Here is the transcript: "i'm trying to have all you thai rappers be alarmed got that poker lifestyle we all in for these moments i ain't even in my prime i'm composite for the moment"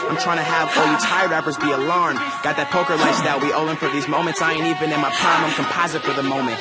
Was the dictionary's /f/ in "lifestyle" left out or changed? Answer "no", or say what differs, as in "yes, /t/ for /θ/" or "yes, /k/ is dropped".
yes, /f/ is dropped